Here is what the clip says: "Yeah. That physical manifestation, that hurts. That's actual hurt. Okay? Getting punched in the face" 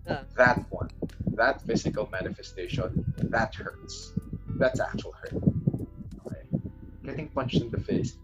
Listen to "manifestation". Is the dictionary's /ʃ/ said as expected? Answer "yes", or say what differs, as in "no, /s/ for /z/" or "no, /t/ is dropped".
yes